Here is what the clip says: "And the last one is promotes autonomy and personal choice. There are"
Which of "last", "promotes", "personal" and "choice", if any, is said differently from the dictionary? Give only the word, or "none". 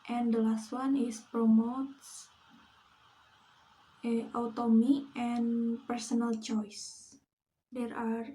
none